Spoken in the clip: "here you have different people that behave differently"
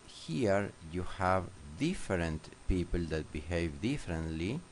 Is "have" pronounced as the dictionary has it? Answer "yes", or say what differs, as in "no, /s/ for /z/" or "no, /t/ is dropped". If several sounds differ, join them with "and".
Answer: yes